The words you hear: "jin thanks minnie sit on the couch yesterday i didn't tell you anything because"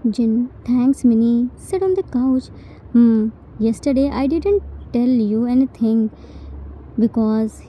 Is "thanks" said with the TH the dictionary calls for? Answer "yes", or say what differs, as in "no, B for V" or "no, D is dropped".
no, T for TH